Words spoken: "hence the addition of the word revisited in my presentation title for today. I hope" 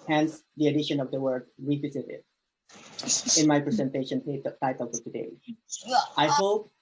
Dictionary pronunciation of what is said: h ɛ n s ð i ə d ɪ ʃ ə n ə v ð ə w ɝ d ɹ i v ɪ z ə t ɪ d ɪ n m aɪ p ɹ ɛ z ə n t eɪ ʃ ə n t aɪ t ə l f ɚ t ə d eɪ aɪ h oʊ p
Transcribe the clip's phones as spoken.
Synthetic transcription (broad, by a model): h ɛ n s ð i ə d ɪ ʃ ə n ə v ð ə w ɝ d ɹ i w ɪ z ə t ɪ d ɪ n m aɪ p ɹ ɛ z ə n t eɪ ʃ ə n t aɪ t ə l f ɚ t ə d eɪ aɪ h oʊ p